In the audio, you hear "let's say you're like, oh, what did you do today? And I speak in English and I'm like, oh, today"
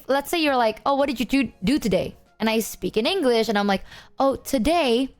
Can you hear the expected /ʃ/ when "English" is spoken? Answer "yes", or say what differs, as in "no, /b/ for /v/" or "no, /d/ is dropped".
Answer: yes